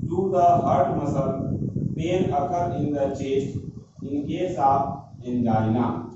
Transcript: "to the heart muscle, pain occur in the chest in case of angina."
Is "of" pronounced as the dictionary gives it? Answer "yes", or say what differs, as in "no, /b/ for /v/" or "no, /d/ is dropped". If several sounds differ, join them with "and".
no, /p/ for /v/